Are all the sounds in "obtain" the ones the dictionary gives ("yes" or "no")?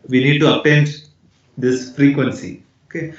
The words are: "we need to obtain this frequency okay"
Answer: no